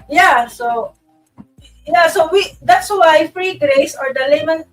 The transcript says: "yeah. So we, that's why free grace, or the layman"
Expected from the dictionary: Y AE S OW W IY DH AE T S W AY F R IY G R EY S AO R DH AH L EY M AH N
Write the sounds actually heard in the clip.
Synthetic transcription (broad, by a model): Y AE S OW W IY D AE T S W AY F R IY G R EY S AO R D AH L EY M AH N